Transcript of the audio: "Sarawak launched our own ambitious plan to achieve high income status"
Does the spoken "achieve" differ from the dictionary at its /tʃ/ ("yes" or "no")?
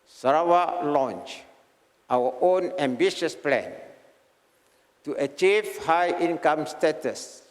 no